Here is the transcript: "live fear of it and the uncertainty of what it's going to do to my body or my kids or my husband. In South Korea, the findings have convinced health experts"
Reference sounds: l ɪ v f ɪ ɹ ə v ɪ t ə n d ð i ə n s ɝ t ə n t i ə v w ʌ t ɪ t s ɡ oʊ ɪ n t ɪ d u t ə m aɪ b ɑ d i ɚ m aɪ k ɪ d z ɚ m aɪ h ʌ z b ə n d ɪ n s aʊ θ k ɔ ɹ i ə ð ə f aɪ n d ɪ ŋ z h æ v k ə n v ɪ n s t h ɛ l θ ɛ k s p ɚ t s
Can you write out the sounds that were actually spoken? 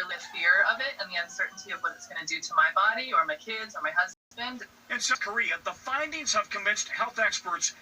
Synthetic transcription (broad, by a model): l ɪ f ɪ ɹ ə v ɪ t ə n ð i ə n s ɝ t n t i ə v w ʌ t ɪ t s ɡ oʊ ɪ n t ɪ d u t ə m aɪ b ɑ d i ɚ m aɪ k ɪ d z ɚ m aɪ h ʌ z b ə n d ɪ n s k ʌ ɹ i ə ð ə f aɪ n d ɪ ŋ z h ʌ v k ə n v ɪ n s t h ɛ l θ ɛ k s p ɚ t s